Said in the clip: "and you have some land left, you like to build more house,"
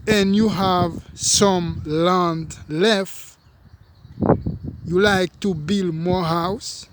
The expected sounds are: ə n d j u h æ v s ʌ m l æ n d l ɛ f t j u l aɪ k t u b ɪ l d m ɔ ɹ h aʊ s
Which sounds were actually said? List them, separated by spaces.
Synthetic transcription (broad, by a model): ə n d j u h æ v s ʌ m l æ n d l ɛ f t j u l aɪ k t u b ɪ l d m ɔ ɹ h aʊ s